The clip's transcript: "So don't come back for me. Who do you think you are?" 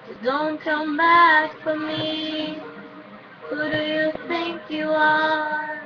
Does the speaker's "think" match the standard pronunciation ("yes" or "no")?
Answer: yes